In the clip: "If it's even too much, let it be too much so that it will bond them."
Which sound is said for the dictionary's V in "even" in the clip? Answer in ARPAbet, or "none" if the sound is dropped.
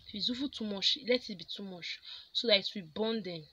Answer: F